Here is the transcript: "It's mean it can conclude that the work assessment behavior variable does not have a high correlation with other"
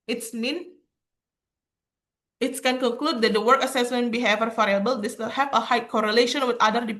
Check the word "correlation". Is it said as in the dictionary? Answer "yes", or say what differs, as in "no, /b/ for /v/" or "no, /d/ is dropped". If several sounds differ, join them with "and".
yes